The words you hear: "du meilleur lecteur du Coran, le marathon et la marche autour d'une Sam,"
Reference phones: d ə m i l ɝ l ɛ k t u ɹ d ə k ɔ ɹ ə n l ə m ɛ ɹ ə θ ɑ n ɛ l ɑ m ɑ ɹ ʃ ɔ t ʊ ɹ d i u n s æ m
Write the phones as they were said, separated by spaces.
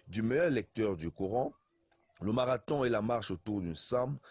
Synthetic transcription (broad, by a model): d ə m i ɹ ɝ l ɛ k t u ɹ d ə k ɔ ɹ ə l ə m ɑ ɹ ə t ɑ ɛ l ɑ m ɑ ɹ ʃ ɔ t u ɹ d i n s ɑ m